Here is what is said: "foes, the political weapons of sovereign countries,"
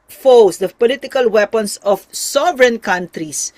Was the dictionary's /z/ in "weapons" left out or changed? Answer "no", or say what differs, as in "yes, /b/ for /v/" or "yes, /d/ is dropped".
yes, /s/ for /z/